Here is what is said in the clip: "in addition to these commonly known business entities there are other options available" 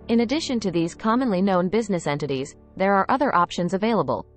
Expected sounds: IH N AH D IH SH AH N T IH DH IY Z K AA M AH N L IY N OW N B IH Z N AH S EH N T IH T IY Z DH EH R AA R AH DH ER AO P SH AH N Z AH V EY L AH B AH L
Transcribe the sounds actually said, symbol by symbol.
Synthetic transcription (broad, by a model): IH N AH D IH SH AH N T IH DH IY Z K AA M AH N L IY N OW N B IH Z N AH S EH N T IH T IY Z DH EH R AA R AH DH ER AO P SH AH N Z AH V EY L AH B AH L